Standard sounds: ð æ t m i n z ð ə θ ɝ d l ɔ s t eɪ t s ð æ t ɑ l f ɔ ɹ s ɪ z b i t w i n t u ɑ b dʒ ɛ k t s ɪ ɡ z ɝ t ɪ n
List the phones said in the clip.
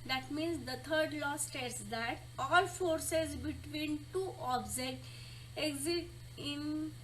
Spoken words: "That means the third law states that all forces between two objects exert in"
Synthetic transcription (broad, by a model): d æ t m i n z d ə t ɝ d l ɔ s t eɪ t s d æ t ɑ l f ɔ ɹ s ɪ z b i t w i n t u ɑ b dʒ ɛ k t ɪ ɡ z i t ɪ n